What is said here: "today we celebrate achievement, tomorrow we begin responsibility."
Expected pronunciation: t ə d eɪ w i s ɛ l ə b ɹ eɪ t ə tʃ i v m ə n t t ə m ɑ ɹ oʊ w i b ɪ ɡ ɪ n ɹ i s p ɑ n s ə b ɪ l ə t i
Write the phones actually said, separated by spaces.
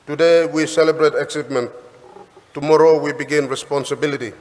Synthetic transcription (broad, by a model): t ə d eɪ w i s ɛ l ə b ɹ eɪ t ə s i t m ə n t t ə m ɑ ɹ oʊ w i b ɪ ɡ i n ɹ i s p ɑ n s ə b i l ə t i